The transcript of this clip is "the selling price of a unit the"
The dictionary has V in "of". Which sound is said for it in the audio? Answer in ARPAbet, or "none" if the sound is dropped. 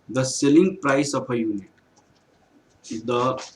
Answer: P